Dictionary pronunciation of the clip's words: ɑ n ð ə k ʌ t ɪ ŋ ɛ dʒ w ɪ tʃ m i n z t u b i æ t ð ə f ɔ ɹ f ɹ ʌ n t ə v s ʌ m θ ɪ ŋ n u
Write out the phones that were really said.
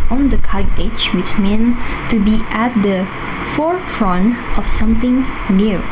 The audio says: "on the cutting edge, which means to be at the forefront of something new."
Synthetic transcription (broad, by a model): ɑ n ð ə k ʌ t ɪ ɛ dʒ w ɪ tʃ m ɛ n t u b i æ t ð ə f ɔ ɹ f ɹ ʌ n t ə f s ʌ m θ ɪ ŋ n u